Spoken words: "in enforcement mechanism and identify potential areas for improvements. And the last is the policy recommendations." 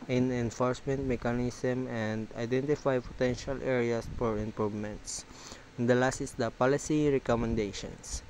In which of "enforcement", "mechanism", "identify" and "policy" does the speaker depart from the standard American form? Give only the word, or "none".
mechanism